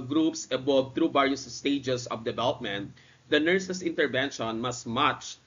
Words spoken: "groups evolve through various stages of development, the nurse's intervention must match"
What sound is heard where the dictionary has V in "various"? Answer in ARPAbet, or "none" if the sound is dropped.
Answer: B